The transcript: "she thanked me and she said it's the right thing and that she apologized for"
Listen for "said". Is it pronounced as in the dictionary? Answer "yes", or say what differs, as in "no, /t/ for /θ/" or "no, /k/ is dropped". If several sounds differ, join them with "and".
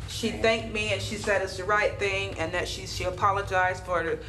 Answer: yes